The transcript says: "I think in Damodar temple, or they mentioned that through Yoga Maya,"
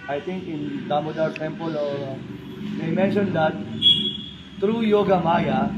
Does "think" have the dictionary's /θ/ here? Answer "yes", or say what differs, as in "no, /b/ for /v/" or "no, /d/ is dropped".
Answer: no, /t/ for /θ/